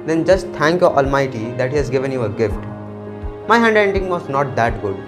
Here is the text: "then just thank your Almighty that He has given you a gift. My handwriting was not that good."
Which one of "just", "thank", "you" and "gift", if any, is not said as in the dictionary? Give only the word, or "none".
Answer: thank